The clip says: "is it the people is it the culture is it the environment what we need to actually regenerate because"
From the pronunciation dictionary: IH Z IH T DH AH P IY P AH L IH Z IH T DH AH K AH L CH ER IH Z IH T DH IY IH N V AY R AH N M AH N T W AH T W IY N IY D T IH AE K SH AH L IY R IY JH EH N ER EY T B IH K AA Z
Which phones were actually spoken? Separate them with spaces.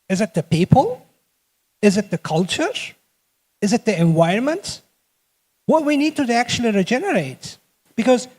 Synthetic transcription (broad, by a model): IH Z IH T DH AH P IY P AH L IH Z IH T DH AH K AH L CH ER IH Z IH T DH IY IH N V AY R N M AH N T W AH T W IY N IY D T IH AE K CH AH L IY R IY JH EH N ER EY T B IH K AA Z